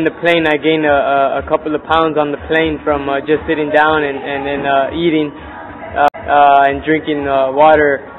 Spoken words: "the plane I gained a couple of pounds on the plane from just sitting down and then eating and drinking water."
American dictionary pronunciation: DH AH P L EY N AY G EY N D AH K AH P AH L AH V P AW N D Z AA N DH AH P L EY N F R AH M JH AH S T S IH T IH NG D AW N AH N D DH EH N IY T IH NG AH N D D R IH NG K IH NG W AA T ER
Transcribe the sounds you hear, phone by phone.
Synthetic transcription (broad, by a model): DH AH P L EY N AY G EY N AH AH K AH P L AH V P AW N D Z N DH AH P L EY N F R AH M JH AH S T S IH T IH NG D AW N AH N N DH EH N IY T IH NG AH N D D R IH NG K IH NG W AA T ER